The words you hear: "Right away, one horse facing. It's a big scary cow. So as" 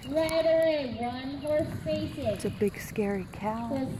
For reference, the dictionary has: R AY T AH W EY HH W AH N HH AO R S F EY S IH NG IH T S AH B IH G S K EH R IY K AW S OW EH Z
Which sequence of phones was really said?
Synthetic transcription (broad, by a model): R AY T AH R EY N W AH N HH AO R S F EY IH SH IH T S AH B IH G S K EH R IY K AW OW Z